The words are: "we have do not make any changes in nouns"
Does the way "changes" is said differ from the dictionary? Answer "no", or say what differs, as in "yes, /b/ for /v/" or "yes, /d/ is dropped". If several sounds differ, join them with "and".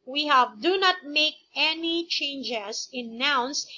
yes, /s/ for /z/